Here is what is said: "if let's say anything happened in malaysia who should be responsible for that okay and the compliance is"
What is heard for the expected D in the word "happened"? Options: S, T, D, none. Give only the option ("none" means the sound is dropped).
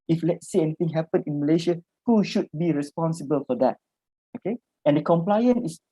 none